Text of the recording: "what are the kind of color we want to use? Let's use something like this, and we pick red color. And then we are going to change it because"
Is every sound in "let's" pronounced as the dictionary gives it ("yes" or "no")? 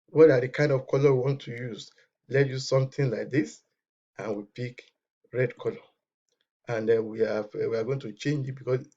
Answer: no